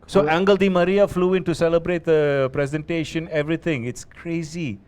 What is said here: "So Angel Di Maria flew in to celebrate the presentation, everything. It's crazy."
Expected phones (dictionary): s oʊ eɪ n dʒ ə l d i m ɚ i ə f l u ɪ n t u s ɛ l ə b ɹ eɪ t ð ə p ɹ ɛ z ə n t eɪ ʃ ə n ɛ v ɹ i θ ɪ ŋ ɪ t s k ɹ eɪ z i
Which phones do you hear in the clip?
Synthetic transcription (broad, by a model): s oʊ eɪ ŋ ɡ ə l d i m ɚ i ə f l u ɪ n t u s ɛ l ə b ɹ eɪ t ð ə p ɹ ɛ z ə n t eɪ ʃ ə n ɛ v ɹ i t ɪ ŋ ɪ t s k ɹ eɪ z i